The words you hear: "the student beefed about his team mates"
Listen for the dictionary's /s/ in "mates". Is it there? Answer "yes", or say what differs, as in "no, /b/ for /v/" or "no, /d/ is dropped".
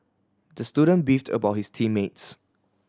yes